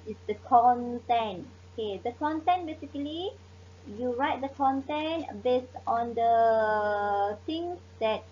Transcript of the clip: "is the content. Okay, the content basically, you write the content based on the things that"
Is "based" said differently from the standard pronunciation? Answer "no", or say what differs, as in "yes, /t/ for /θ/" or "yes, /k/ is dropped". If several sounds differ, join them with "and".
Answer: no